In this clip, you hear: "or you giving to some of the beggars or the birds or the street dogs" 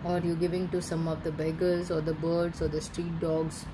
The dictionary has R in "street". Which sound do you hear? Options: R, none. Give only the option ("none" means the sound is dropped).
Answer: R